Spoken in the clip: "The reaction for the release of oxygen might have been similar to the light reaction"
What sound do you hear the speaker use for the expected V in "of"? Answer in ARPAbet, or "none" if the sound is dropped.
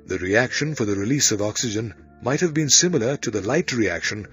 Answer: V